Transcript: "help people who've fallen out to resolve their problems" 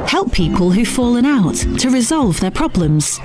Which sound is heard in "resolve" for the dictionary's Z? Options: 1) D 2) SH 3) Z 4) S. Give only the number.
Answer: 3